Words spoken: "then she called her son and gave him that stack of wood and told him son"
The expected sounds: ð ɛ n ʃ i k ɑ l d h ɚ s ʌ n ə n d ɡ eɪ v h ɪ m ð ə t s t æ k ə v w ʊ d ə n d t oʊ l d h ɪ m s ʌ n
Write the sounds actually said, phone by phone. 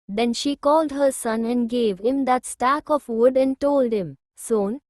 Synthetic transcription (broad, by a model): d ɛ n ʃ i k ɑ l d h ɚ s ʌ n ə n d ɡ eɪ v h ɪ m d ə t s t æ k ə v w ʊ d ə n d t oʊ l d h ɪ m s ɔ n